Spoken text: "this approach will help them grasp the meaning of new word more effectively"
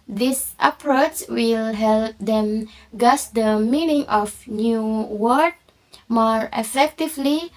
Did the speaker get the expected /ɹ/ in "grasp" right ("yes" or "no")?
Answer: no